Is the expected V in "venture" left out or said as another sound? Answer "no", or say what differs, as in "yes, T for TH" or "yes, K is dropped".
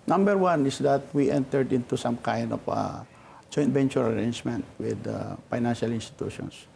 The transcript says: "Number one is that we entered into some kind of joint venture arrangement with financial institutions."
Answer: yes, B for V